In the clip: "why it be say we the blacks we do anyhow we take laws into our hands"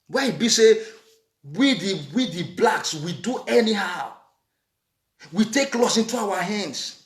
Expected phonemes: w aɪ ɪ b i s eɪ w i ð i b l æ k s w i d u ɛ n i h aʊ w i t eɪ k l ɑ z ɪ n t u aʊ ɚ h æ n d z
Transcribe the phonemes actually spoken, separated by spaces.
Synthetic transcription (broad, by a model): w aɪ ɪ b i s eɪ w i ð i b l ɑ k s w i d u ɛ n i h aʊ w i t eɪ k l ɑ s ɪ n t u aʊ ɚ h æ n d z